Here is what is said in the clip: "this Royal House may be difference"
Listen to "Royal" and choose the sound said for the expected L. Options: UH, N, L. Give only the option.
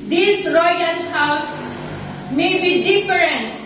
N